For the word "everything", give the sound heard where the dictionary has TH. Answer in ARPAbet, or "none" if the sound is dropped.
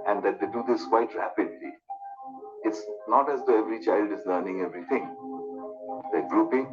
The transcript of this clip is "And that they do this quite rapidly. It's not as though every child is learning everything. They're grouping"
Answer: T